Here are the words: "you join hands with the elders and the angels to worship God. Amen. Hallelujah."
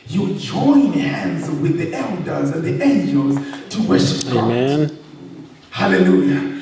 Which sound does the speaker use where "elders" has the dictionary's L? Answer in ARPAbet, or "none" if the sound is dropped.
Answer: L